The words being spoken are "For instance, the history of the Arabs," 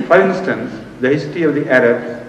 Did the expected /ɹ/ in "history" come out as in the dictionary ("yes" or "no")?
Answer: no